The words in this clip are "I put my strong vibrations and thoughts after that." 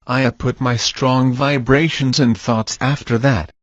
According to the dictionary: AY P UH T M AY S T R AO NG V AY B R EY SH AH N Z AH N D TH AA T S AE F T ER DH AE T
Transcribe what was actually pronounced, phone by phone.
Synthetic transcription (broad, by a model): AY P UH T M AY S T R AO NG V AY B R EY SH AH N Z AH N TH AA T S AE F T ER DH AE T